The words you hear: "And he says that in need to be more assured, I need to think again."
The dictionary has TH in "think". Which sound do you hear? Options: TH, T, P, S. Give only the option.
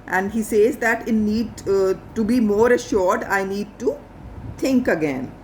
T